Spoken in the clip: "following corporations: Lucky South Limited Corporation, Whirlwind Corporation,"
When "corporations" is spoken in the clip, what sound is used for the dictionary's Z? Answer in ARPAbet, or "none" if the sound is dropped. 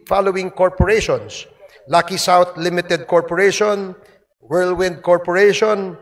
S